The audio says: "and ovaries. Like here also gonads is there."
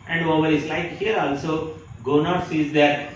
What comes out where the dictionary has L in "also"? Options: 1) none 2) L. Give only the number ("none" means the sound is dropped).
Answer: 2